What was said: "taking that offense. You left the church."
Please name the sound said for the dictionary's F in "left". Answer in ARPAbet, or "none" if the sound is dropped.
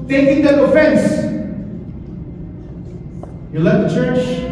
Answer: none